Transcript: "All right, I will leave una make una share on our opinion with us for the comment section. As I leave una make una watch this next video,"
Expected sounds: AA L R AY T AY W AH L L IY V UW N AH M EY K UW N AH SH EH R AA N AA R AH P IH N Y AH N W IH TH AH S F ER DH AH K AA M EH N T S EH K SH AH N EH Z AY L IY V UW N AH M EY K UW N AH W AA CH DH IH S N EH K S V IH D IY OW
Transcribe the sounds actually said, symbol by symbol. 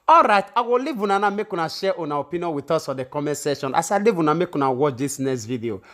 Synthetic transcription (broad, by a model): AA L R AY T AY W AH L L IY V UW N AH M EY K UW N AH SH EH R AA N AA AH P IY N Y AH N W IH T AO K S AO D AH K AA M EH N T S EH SH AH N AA S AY L IY V UW N AH M EY K UW N AH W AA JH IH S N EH S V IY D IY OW